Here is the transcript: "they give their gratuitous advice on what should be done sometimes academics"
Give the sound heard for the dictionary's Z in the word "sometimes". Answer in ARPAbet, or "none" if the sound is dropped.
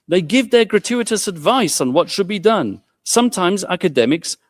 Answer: Z